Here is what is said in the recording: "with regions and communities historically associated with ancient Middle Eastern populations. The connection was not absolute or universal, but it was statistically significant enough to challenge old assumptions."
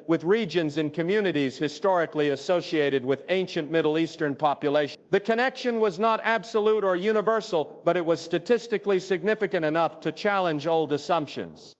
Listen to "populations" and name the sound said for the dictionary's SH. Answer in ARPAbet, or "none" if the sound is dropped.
none